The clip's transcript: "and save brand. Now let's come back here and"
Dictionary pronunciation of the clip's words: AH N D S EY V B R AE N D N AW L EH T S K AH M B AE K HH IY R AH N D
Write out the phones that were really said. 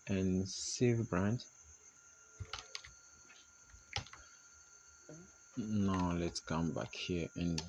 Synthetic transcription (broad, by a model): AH N S EY V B R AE N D N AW L EH T S K AH M B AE K HH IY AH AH N